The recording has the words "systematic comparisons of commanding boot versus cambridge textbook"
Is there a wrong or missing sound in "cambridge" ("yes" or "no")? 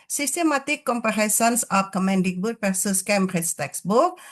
yes